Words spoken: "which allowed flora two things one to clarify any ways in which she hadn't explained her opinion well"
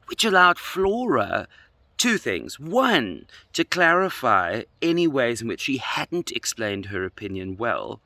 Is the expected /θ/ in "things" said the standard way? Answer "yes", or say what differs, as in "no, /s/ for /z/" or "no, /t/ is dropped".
yes